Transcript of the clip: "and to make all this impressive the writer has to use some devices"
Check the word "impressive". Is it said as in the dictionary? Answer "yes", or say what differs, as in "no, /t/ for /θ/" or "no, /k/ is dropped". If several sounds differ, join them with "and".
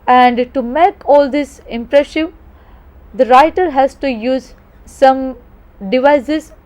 no, /ʃ/ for /s/